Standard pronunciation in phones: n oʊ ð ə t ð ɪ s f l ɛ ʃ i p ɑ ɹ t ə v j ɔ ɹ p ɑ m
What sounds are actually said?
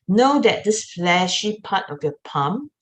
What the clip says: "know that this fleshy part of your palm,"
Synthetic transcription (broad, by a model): n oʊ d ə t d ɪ s f l ɛ ʃ i p ɑ t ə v j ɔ p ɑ m